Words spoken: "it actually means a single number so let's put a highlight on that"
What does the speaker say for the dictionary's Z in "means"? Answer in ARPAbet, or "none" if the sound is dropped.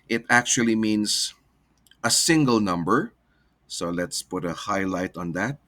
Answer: S